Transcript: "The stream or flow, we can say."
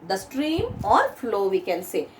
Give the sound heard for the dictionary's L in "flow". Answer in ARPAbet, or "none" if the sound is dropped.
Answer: L